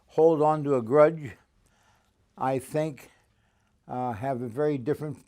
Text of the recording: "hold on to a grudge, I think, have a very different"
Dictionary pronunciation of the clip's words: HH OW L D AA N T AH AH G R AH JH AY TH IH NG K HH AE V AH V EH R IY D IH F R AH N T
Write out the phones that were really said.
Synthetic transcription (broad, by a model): HH OW L D N T AH AH G R AH JH AY TH IH NG K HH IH V AH V EH R IY D IH F R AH N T